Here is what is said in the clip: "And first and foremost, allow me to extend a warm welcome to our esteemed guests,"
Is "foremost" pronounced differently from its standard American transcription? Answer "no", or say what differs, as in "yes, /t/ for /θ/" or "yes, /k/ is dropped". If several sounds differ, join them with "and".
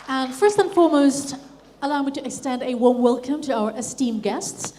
no